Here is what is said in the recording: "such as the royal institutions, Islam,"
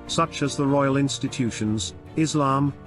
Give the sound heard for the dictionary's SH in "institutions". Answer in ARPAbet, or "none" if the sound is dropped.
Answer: SH